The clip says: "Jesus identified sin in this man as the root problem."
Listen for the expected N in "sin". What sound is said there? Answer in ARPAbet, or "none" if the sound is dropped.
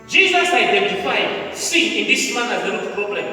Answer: none